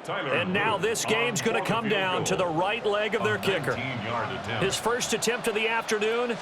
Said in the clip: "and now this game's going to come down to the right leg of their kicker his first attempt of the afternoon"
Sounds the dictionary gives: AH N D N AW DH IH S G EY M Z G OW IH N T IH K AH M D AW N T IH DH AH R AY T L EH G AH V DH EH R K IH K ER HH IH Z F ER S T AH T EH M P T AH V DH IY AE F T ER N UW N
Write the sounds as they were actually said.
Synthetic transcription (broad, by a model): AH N N AW DH IH S G EY M Z G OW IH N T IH K AH M D AW N T IH DH AH R AY T L EH G AH V DH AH R K IH K ER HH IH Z F ER S T AH T EH M P T AH V DH IY AE F T ER N UW N